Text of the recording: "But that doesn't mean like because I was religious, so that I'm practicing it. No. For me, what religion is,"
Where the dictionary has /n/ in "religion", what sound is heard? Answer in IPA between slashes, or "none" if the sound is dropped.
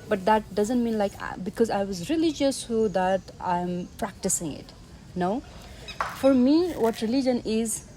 /n/